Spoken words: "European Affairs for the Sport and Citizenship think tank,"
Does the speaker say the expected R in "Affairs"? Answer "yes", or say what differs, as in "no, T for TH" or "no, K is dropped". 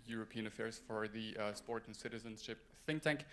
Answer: yes